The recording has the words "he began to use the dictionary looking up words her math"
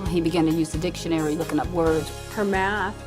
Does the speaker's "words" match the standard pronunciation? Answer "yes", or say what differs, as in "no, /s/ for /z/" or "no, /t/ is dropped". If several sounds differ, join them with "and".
no, /z/ is dropped